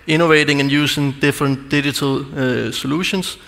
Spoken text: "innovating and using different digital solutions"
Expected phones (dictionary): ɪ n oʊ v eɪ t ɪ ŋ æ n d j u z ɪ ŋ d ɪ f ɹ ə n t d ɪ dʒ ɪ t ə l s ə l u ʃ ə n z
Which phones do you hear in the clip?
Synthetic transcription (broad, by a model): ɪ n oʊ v eɪ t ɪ ŋ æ n j u s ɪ ŋ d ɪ f ɹ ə n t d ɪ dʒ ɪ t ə l s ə l u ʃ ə n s